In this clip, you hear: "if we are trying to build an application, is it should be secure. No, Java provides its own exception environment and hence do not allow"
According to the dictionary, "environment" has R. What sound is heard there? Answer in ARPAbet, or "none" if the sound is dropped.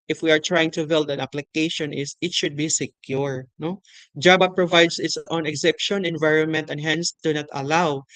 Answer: R